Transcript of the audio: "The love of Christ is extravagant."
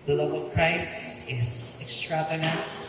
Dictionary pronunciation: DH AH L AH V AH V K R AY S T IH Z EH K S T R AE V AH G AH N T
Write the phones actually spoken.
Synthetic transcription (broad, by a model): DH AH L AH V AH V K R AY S IH Z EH K S T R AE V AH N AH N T